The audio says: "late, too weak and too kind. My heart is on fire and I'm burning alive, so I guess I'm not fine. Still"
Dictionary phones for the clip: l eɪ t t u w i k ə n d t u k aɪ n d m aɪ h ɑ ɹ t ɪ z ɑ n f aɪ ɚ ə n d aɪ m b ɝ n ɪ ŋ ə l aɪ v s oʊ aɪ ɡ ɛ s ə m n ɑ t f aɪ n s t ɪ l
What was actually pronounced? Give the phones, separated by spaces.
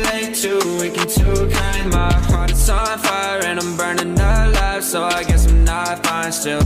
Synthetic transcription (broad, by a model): l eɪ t t u w i k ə n t u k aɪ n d m aɪ h ɑ ɹ t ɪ s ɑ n f aɪ ɚ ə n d aɪ m b ɝ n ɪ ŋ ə l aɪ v s oʊ aɪ ɡ ɛ s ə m n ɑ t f aɪ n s t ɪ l